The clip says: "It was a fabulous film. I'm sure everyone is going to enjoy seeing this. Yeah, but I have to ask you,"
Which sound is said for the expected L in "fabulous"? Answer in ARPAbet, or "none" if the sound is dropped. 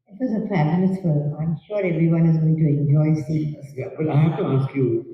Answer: N